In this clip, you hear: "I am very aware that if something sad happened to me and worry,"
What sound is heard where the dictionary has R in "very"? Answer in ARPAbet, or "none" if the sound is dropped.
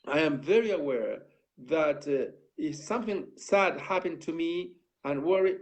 R